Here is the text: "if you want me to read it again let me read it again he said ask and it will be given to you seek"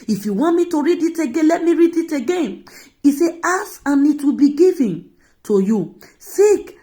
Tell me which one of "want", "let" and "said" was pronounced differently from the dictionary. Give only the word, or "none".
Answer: said